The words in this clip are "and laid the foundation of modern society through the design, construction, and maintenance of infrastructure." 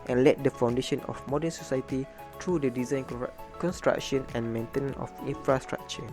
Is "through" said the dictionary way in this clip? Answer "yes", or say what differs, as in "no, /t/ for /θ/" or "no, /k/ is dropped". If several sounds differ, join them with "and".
no, /t/ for /θ/